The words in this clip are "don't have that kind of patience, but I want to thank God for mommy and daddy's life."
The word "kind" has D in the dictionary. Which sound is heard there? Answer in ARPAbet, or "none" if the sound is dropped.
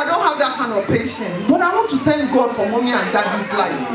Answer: none